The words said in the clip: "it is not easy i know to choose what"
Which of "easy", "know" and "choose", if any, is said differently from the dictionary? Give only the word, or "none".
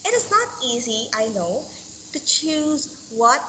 none